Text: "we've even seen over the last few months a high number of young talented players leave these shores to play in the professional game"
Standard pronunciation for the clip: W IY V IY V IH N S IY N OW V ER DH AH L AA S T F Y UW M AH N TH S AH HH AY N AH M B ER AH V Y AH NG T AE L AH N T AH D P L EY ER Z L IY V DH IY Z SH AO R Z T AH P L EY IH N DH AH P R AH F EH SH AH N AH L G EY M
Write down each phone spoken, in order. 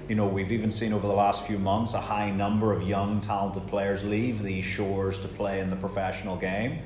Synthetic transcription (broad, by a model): W IY V IY V IH N S IY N OW V ER DH AH L AA S T F Y UW M AH N TH S AH HH AY N AH M B ER AH V Y AH NG T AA L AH N T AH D P L EY ER Z L IY V DH IY Z SH AO R Z T AH P L EY IH N DH AH P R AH F EH SH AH N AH L G EY M